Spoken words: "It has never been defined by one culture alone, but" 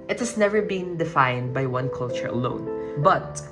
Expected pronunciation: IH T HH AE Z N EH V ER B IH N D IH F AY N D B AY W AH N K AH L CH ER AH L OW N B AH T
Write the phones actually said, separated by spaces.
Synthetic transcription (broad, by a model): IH T HH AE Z N EH V ER B IH N D IH F AY N D B AY W AH N K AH L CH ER AH L OW N B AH T